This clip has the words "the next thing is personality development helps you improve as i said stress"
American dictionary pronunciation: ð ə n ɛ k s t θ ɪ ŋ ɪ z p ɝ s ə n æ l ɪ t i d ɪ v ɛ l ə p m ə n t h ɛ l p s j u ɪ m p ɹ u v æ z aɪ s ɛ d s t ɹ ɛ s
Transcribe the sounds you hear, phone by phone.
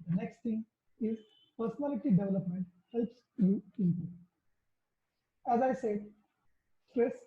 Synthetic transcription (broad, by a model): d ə n ɛ k s t t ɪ ŋ ɪ z p ɝ s ə n æ l ɪ t i d ɪ v ɛ l ə p m ə n t h ɛ l p s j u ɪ p ʌ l æ z aɪ s ɛ d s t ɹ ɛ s